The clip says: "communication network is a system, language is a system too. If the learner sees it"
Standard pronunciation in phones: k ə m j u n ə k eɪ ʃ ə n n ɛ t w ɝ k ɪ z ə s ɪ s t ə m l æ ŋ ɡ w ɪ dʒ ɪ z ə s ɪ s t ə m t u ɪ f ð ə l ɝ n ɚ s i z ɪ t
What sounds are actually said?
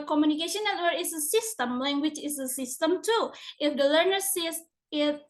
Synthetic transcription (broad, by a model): k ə m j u n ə k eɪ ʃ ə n n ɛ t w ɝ ɪ s ə s ɪ s t ə m l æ ŋ ɡ w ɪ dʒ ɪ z ə s ɪ s t ə m t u ɪ f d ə l ɝ n ɚ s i s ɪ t